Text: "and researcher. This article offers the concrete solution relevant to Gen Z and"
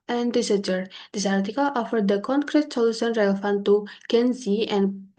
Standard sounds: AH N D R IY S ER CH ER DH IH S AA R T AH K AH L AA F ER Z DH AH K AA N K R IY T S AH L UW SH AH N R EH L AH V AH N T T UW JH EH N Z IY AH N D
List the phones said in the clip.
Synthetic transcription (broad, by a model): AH N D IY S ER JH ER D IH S AA R T AH K AH L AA F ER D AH K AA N K R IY T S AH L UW S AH N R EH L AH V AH N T T UW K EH N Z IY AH N